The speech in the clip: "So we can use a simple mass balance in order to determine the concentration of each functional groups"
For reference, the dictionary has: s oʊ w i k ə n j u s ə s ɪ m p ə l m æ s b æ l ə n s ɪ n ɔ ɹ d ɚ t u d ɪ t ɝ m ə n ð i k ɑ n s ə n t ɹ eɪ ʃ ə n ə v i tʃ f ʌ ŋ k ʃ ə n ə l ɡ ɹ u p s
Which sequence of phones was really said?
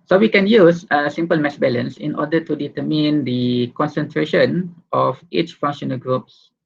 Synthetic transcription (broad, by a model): s oʊ w i k ə n j u s ə s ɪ m p ə l m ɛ s b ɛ l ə n s ɪ n ɔ d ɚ t u d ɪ t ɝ m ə n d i k ɑ n s ə n t ɹ eɪ ʃ ə n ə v i tʃ f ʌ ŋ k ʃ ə n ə l ɡ ɹ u p s